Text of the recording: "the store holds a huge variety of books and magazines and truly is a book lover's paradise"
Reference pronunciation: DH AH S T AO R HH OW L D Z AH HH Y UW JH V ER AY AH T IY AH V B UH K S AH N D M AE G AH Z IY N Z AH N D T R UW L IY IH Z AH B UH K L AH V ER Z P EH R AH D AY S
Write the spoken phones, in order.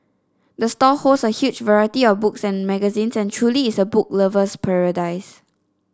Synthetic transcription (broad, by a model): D AH S T AO HH OW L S AH HH Y UW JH V ER AY AH T IY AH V B UH K S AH N M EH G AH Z IY N S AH N T R UW L IY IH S AH B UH K L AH V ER S P EH R AH D AY S